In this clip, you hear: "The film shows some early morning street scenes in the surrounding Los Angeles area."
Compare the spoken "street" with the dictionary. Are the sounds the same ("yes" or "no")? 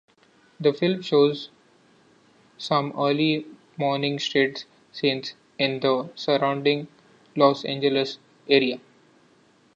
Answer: no